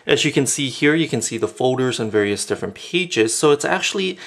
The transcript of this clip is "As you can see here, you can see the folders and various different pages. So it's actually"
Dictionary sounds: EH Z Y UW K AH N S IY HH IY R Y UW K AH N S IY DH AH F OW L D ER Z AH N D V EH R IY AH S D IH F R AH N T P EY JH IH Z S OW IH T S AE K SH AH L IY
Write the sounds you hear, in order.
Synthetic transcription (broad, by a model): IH Z Y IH K AH N S IY HH IY R Y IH K AH N S IY DH AH F OW L D ER Z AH N V EH R IY AH S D IH F R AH N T P EY JH IH Z S OW IH T S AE K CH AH L IY